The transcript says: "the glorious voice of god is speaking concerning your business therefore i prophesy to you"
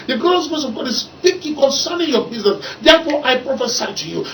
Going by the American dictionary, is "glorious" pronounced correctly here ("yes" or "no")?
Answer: no